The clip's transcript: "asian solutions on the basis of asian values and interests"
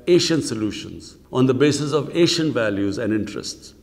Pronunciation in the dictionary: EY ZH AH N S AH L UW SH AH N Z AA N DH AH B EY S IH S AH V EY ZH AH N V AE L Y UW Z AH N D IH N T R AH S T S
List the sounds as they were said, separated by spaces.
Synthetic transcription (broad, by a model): EY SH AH N S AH L UW SH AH N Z AA N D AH B EY S IH S AH V EY SH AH N V AE L Y UW Z AH N D IH N T R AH S T S